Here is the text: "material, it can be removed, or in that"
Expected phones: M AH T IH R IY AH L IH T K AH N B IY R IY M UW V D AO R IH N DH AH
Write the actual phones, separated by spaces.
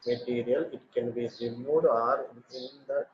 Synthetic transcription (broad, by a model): M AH T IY R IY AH L IH T K AH N B IY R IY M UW D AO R IH N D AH